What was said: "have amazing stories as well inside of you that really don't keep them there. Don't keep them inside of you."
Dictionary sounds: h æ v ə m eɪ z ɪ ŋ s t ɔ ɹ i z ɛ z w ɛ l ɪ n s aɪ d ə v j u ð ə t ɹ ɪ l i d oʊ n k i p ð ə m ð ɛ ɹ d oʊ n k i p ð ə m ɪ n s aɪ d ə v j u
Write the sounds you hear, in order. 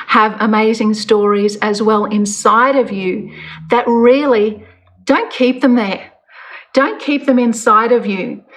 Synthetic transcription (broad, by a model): h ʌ v ə m eɪ z ɪ ŋ s t ɔ ɹ i z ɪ z w ɛ l ɪ n s aɪ d ə v j u ð ə t ɹ ɪ l i d oʊ n k i p ð ə m ð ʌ ɹ d oʊ n k i p ð ə m ɪ n s aɪ d ə v j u